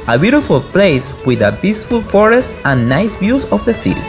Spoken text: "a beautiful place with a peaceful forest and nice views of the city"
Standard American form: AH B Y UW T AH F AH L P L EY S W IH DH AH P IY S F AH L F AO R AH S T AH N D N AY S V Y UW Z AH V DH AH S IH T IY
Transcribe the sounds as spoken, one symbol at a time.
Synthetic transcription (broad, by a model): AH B Y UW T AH F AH L P L EY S W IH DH AH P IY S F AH L F AO R AH S T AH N N AY S B Y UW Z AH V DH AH S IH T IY